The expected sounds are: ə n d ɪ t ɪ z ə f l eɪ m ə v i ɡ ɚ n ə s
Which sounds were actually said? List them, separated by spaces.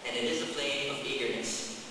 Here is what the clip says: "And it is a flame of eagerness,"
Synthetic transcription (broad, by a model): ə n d ɪ t ɪ z ə p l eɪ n ə v i ɡ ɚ n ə s